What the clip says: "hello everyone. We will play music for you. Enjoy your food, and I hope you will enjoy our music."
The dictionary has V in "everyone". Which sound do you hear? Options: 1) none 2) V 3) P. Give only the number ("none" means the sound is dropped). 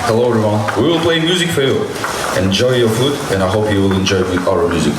1